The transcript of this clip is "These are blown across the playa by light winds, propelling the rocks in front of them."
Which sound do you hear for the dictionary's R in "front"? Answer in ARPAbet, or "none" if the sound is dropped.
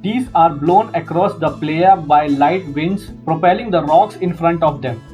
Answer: R